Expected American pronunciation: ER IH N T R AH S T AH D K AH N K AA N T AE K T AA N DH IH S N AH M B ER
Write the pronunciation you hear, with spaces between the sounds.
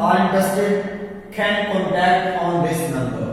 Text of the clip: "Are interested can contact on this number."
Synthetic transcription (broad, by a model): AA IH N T AH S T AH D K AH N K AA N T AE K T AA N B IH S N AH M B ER